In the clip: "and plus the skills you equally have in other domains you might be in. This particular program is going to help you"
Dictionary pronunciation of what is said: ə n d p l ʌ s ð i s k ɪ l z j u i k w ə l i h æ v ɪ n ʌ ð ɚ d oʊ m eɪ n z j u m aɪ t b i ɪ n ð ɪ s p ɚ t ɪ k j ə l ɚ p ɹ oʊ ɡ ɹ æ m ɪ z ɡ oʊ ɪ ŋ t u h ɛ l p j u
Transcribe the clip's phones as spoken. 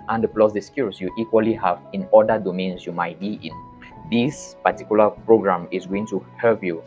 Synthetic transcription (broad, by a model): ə n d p l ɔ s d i s k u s j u i k w ə l i h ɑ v ɪ n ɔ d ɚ d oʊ m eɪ n s j u m aɪ t b i ɪ n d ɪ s p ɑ t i k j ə l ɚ p ɹ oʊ ɡ ɹ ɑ m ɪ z ɡ oʊ ɪ ŋ t u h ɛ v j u